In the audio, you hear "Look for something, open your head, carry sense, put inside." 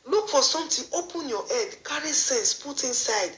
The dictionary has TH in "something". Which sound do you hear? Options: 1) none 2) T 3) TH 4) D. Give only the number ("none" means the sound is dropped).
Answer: 2